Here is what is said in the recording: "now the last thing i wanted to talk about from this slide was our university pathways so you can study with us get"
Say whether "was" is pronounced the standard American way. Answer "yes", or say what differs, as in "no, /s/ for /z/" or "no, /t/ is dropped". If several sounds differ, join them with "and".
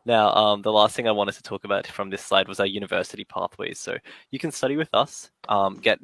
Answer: yes